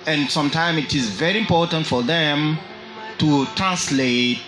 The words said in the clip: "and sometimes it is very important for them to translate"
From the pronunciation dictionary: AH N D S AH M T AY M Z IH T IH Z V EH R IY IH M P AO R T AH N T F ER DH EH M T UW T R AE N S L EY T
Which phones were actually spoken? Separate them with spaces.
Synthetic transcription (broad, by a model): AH N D S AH M T AY M IH T IH Z V EH R IY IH M P AO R T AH N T F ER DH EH M T UW T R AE N S L EY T